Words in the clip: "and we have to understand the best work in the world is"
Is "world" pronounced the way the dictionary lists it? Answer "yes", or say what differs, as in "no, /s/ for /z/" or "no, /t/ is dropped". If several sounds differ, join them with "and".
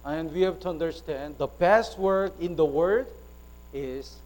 no, /l/ is dropped